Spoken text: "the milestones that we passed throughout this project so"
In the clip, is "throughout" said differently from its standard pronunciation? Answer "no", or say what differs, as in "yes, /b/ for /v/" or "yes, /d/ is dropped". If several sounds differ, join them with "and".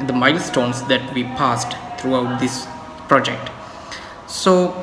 yes, /t/ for /θ/